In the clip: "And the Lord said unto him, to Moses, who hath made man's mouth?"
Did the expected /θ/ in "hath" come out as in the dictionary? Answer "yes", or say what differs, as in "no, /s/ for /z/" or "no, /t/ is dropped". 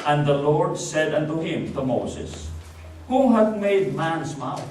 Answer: no, /t/ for /θ/